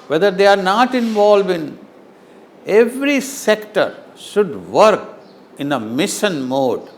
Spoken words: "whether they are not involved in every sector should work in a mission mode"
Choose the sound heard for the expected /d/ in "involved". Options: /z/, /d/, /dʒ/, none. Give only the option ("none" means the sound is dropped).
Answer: none